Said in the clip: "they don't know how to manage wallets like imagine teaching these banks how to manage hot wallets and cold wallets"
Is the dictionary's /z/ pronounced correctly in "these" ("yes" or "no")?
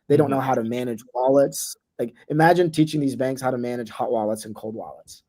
yes